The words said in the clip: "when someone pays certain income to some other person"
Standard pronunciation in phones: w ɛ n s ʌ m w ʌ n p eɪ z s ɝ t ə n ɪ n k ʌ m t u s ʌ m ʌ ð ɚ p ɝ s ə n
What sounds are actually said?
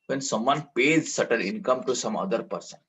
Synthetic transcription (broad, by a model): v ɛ n s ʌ m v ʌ n p eɪ z s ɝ t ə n ɪ n k ʌ m t u s ʌ m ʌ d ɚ p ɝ s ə n